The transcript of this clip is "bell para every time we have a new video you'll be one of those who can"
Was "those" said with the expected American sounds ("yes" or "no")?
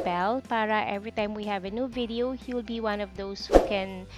no